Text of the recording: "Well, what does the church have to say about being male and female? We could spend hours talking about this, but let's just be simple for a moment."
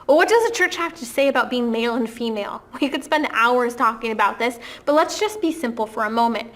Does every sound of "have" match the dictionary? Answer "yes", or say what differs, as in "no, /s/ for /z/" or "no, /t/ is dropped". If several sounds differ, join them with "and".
no, /f/ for /v/